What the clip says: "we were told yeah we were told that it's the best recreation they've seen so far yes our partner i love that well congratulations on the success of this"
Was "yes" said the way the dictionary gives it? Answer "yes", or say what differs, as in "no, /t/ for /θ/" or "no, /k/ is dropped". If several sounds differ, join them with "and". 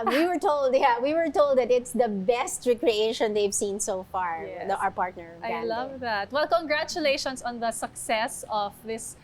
no, /s/ is dropped